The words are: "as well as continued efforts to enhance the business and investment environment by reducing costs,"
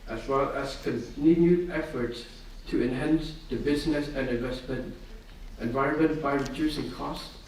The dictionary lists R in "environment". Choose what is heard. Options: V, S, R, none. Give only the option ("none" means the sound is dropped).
R